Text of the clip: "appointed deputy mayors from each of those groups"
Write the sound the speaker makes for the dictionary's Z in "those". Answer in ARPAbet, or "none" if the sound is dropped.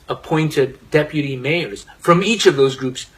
Z